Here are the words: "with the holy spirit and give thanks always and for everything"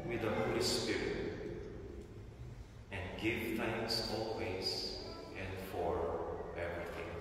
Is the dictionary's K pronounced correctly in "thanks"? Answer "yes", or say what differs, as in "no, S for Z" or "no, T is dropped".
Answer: no, K is dropped